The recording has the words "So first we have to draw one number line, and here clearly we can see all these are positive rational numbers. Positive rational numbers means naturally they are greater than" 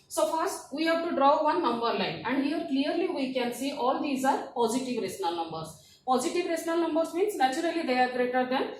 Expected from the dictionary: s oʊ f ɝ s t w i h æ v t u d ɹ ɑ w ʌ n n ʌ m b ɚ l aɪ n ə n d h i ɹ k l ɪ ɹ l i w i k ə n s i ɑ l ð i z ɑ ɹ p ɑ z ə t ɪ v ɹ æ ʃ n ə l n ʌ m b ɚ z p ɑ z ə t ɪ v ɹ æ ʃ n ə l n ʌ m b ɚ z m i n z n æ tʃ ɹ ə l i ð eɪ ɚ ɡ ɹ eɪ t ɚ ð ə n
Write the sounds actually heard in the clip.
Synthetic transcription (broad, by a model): s oʊ f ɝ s t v i h æ v t u d ɹ ɑ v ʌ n n ʌ m b ɚ l aɪ n ə n d h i ɹ k l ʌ ɹ l i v i k ə n s i ɑ l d i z ɑ ɹ p ɑ z ə t ɪ v ɹ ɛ s n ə l n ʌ m b ɚ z p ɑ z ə t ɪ v ɹ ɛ s n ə l n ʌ m b ɚ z m i n s n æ tʃ ɹ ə l i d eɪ ɚ ɡ ɹ eɪ t ɚ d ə n